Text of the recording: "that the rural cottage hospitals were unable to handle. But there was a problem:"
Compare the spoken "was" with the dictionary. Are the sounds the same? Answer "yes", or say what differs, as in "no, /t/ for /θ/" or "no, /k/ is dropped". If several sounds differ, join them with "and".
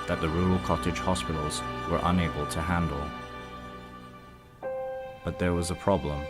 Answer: yes